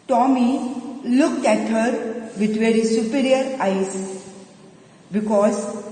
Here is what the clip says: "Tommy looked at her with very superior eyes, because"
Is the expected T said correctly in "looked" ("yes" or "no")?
yes